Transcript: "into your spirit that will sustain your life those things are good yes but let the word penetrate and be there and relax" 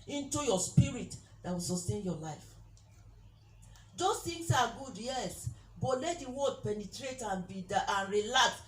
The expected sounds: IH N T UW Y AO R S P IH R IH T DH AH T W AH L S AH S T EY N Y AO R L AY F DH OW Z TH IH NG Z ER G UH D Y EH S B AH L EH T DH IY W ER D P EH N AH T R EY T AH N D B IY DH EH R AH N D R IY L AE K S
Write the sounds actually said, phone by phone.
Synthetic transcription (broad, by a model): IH N T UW Y AO S P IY R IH T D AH T W AH L S AH S T EY N Y AO L AY F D OW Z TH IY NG S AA G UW D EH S B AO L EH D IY W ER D P EH N AH T R EY T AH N B IY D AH N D R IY L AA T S